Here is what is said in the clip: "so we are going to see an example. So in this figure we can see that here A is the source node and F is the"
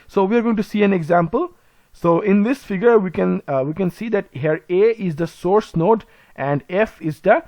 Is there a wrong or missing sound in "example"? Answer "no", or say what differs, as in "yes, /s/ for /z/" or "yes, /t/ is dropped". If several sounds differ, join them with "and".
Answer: no